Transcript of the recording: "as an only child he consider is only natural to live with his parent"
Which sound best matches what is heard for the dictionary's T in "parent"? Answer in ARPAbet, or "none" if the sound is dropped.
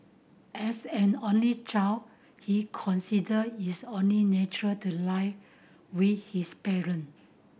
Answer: none